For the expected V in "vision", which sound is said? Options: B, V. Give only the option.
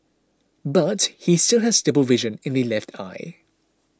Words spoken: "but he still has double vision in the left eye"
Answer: V